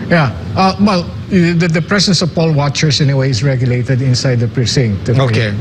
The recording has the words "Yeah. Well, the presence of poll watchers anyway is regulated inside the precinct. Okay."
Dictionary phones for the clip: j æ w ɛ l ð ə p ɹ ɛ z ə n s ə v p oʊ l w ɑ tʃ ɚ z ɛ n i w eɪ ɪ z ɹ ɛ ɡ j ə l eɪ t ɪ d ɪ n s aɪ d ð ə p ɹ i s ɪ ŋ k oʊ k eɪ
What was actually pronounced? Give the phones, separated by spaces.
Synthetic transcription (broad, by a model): j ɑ w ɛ l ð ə p ɹ ɛ s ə n s ə v p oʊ l w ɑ tʃ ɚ s ɛ n i w eɪ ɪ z ɹ ɛ ɡ j ə l eɪ t ɪ d ɪ n s aɪ d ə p ɹ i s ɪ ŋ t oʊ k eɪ